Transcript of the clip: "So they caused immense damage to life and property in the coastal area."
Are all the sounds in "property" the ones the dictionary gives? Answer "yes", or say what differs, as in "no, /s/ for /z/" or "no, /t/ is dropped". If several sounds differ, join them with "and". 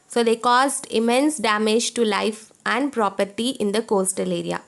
yes